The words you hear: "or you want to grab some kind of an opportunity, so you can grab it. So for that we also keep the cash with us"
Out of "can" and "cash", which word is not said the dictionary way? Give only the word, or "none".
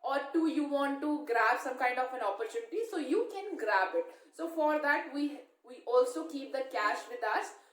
none